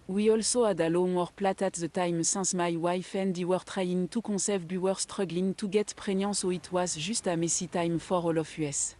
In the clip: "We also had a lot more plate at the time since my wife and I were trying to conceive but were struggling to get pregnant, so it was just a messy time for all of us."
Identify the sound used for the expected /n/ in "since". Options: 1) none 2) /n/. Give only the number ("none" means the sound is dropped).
1